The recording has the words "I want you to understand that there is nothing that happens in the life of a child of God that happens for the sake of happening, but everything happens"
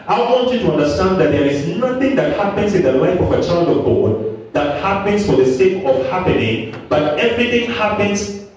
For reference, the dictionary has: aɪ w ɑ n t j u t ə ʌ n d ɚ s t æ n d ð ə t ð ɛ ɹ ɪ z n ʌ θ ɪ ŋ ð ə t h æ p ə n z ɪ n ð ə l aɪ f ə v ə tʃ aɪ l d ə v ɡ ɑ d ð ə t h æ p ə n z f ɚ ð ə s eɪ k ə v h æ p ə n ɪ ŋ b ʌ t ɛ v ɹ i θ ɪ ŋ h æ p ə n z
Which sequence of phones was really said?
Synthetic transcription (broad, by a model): aɪ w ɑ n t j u t ə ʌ n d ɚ s t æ n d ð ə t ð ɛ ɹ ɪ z n ʌ θ ɪ ŋ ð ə t h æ p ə n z ɪ n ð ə l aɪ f ə v ə tʃ aɪ l d ə v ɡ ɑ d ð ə t h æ p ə n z f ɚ ð ə s eɪ k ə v h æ p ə n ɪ ŋ b ʌ t ɛ v ɹ i θ ɪ ŋ h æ p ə n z